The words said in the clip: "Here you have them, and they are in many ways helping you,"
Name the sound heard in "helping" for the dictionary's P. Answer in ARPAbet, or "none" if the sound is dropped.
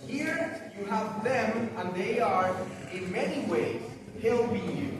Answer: B